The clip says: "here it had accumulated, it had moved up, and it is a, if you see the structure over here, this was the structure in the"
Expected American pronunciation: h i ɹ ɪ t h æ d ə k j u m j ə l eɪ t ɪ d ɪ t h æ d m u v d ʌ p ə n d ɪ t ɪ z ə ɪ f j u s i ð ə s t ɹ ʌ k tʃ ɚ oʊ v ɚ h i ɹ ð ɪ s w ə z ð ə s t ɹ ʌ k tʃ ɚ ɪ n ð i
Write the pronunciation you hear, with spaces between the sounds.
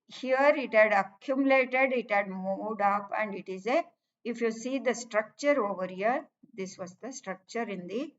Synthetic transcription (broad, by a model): h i ɹ ɪ t h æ d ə k j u m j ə l eɪ t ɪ d ɪ t h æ d m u d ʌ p ə n d ɪ t ɪ z ə ɪ f j u s i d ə s t ɹ ʌ k tʃ ɚ oʊ v ɚ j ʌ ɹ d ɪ s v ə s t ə s t ɹ ʌ k tʃ ɚ ɪ n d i